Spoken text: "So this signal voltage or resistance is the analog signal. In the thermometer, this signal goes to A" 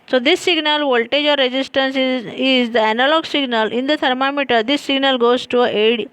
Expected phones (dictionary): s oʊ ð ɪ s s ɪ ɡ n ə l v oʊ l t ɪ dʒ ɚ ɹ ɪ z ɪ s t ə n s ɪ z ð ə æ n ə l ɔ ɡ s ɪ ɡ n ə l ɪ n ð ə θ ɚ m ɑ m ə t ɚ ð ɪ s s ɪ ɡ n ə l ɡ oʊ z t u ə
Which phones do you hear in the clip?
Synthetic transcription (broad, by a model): s oʊ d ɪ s s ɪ ɡ n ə l v oʊ l t ɪ dʒ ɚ ɹ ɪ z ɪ s t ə n s ɪ z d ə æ n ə l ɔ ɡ s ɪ ɡ n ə l ɪ n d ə t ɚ m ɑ m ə t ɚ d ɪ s s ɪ ɡ n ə l ɡ oʊ z t u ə